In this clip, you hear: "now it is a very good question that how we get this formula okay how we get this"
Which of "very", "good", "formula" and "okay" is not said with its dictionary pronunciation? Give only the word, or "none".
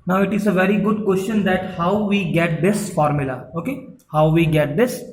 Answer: none